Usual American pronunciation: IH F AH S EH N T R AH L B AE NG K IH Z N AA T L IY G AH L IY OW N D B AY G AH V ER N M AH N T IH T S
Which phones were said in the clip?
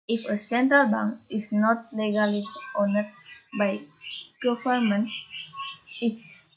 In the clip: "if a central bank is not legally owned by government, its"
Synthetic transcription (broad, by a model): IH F AH S EH N T R AH L B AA NG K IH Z N AA T L IY G AH L IY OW N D B AY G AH F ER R M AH N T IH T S